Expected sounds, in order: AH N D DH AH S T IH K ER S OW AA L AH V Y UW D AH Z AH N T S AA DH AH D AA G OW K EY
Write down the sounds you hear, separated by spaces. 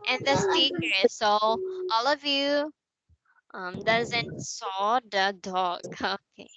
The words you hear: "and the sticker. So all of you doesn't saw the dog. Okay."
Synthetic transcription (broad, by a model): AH N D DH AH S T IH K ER S OW AA L AH V Y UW D AH Z AH N T S AA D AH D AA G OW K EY